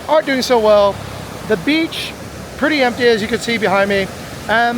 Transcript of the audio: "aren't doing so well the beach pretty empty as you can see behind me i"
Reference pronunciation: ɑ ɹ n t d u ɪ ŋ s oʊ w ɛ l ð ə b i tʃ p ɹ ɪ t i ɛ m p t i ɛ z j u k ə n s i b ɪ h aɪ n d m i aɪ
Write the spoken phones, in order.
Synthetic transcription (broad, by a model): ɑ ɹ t d u ɪ ŋ s oʊ w ɛ l ð ə b i tʃ p ɹ ɪ t i ɛ m p t i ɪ z j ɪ k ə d s i b ɪ h aɪ n d m i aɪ